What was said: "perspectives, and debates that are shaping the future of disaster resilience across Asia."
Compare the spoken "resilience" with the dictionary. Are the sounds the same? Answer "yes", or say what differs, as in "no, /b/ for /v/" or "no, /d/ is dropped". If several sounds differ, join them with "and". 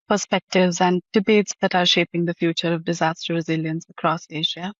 yes